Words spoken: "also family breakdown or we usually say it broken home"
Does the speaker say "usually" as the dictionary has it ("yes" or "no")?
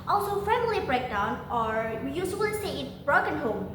no